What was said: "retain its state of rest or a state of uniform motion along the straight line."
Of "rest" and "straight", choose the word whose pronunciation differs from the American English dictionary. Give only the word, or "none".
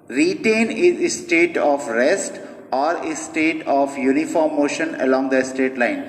straight